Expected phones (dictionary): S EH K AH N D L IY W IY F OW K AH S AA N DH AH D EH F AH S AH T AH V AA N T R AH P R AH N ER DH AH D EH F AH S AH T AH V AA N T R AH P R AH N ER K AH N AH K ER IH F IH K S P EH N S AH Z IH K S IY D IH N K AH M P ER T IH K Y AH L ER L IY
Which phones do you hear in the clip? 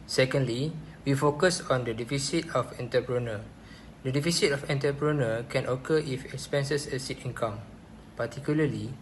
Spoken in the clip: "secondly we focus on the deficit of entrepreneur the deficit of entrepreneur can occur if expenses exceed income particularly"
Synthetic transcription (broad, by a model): S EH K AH N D L IY W IY F OW K AH S AA N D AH D EH F AH S AH T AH F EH N T AH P R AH N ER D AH D EH F AH S AH T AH F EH N T AH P R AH N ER K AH N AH K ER IH F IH K S P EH N S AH S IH S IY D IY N K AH M P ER T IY K Y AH L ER L IY